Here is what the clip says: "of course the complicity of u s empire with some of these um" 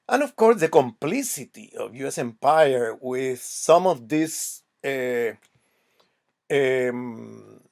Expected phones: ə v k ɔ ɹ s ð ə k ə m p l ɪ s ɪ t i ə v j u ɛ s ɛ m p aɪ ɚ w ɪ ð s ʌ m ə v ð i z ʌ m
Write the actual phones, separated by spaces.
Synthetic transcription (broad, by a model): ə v k ɔ ɹ s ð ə k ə m p l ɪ s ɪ t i ə v j u ɛ s ɛ m p aɪ ɚ w ɪ ð s ʌ m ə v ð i s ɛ m